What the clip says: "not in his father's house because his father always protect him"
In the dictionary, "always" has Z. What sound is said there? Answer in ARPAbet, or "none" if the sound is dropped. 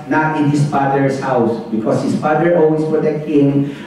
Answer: S